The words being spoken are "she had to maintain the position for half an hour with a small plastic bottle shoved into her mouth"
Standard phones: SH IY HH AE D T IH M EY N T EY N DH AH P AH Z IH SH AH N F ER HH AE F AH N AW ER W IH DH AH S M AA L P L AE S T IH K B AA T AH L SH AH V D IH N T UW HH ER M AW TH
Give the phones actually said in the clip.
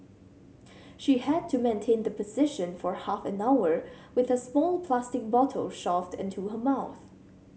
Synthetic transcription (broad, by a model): SH IY HH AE D T IH M EY N T EY N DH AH P AH Z IH SH AH N F ER HH AE F AH N AW ER W IH DH AH S M AA L P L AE S T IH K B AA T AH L SH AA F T IH N T UW HH ER M AW TH